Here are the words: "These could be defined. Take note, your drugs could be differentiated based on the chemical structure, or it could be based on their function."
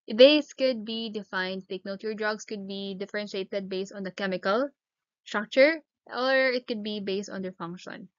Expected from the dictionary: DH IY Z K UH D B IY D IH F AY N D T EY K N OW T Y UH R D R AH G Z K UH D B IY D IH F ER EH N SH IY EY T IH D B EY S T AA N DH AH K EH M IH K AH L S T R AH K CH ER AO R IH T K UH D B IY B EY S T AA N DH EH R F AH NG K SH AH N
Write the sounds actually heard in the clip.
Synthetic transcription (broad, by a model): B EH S K UH D B IY D IH F AY N D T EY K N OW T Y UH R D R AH G S K UH D B IY D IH F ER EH N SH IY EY T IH D B EY S T AA N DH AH K EH M IH K AH L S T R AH K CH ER AO R IH T K UH D B IY B EY S T AA N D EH R F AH NG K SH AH N